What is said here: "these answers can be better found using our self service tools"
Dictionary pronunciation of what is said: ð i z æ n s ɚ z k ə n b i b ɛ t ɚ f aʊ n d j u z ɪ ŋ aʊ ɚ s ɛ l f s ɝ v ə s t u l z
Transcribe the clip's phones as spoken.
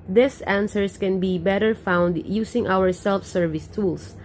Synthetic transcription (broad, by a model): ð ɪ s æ n s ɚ s k ə n b i b ɛ t ɚ f aʊ n d j u s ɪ ŋ aʊ ɚ s ɛ l f s ɝ v ə s t u l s